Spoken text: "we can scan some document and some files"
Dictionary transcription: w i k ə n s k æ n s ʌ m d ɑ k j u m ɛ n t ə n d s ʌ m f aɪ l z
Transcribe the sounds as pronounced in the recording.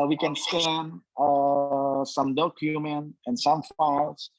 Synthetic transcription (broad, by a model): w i k ə n s æ n s ʌ m d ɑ k j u m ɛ n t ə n s ʌ m f aɪ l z